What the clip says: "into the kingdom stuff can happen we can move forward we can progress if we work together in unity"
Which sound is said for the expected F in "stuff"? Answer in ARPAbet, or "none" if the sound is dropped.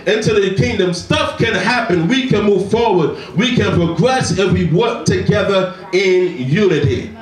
F